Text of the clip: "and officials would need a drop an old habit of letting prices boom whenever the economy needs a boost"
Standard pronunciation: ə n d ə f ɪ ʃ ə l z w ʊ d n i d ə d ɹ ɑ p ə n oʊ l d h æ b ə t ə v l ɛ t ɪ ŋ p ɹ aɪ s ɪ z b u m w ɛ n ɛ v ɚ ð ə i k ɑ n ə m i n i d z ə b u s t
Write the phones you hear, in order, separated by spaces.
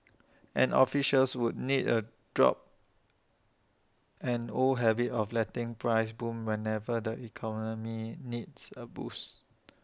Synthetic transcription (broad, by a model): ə n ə f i ʃ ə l s w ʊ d n i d ə d ɹ ɑ p ə n oʊ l h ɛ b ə t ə f l ɛ t ɪ ŋ p ɹ aɪ s b u m w ɛ n ɛ v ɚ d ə i k ɑ n ə m i n i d s ə b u s